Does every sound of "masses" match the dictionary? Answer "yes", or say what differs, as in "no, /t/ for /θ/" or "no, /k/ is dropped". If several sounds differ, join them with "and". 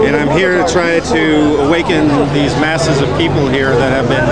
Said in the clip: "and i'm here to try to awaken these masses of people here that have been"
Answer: yes